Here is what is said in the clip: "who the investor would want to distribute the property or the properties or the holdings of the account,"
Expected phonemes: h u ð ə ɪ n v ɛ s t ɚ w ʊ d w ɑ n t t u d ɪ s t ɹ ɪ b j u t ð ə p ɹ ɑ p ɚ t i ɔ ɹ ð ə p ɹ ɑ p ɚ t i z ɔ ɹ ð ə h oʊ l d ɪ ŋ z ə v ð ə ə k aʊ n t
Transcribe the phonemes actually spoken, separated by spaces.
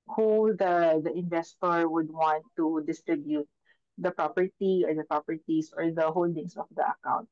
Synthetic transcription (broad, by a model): h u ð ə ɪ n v ɛ s t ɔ w ʊ d w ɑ n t t u d ɪ s t ɹ ɪ b j u t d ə p ɹ ɑ p ɚ t i ɔ ɹ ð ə p ɹ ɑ p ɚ t i s ɔ ɹ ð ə h oʊ l d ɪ ŋ s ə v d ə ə k aʊ n t